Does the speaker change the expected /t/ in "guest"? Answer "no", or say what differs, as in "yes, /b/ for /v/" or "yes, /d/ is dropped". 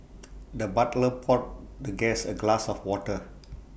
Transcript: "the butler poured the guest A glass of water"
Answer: yes, /t/ is dropped